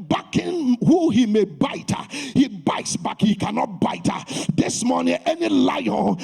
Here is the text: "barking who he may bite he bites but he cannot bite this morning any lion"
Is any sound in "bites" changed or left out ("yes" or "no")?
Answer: no